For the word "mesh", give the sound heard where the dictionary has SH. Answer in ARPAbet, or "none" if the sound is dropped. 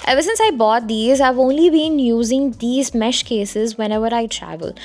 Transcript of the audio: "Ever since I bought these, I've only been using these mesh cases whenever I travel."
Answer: SH